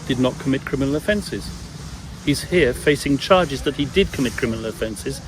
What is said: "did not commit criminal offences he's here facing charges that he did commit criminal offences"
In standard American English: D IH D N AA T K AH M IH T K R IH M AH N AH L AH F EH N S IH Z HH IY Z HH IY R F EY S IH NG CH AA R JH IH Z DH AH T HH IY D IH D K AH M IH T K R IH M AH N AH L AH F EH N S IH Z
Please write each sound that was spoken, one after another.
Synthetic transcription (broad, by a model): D IH D N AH T K AH M IH T K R IH M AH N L AH F EH N S IH Z HH IY Z HH IY R F EY S IH NG CH AA R JH IH Z DH AH T HH IY D IH D K AH M IH T K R IH M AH N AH L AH F EH N S IH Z